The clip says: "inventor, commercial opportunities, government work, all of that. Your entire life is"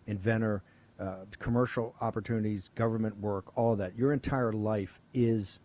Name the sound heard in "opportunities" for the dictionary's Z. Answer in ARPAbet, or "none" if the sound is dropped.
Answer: Z